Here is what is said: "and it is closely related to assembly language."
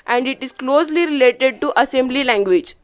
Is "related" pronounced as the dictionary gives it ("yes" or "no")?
yes